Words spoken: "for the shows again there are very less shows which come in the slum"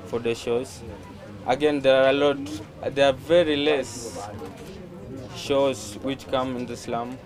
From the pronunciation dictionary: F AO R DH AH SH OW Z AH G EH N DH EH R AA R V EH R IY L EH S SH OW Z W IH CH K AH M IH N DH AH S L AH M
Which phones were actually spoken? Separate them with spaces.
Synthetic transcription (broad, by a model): F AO R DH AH SH OW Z AH G EH N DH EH L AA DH V EH R IY L EH S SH OW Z W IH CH K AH M IH N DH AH S L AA M